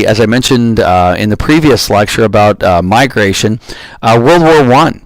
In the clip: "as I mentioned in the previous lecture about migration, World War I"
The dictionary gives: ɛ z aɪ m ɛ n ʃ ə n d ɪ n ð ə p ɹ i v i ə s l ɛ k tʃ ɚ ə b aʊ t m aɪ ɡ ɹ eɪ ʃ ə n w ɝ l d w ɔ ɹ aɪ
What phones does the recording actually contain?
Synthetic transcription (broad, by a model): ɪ z aɪ m ɛ n ʃ ə n d ɪ n ð ə p ɹ i v i ə s l ɛ k tʃ ɚ ə b aʊ t m aɪ ɡ ɹ eɪ ʃ ə n w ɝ l d w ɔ ɹ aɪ